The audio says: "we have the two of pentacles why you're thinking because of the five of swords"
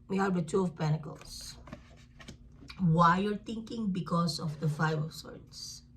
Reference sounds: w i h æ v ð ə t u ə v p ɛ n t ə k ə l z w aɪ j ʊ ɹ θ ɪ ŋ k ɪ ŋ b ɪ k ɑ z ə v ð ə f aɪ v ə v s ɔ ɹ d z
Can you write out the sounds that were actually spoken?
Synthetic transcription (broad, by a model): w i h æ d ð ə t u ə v p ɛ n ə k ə l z w aɪ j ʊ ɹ t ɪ ŋ k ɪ ŋ b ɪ k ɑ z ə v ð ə f aɪ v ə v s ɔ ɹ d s